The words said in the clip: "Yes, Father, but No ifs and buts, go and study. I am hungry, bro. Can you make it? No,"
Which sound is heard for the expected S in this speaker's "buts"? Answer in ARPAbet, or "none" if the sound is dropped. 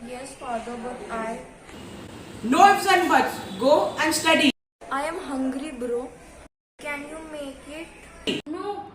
none